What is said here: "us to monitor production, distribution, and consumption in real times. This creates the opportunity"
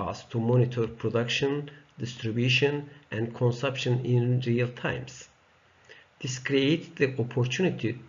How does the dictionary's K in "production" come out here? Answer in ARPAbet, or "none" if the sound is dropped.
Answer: K